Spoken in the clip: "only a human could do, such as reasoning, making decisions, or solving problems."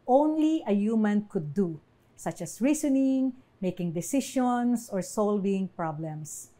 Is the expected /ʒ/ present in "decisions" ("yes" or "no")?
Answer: no